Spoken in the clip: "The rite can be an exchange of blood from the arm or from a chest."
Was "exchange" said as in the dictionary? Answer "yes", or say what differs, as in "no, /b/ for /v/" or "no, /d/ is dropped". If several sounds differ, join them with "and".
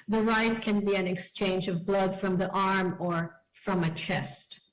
yes